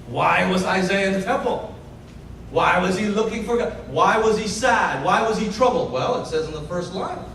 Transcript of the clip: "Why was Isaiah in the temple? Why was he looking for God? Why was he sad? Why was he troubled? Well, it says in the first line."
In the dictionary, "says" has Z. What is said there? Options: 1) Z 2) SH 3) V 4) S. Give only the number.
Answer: 1